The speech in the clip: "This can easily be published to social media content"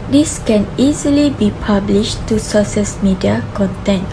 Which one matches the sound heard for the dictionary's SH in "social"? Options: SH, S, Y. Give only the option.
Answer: S